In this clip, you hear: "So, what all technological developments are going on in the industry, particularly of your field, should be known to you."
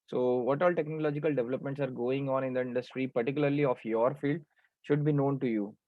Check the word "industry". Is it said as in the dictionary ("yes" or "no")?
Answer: yes